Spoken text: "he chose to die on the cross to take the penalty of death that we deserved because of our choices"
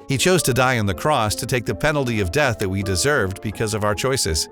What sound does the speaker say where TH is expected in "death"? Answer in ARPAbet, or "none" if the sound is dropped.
TH